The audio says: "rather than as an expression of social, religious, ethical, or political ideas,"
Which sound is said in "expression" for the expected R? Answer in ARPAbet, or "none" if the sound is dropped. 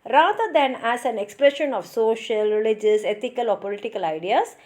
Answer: R